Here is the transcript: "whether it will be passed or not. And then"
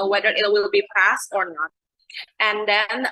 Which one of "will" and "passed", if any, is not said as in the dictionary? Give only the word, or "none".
none